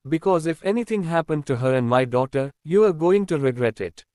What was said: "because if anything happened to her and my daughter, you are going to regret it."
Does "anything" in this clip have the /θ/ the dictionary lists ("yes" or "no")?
no